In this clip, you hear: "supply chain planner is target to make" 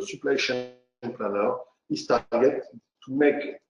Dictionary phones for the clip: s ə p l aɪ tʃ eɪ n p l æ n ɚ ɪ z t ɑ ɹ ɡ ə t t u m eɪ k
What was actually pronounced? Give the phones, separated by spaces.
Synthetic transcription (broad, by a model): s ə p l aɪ ʃ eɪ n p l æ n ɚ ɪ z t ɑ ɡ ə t t u m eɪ k